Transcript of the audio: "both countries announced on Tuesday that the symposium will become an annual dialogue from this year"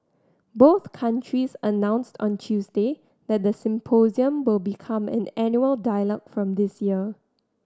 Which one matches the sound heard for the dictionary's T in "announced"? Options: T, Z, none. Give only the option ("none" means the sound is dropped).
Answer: T